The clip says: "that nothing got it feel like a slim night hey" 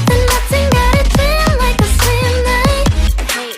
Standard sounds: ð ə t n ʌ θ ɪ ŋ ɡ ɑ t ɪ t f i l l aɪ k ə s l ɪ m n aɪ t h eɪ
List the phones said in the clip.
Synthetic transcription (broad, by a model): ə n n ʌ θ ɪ ŋ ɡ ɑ t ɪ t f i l l aɪ k ə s ɪ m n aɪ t